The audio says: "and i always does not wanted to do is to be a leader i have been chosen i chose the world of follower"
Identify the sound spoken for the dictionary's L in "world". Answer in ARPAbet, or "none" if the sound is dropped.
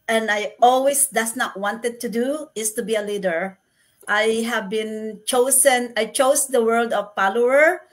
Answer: L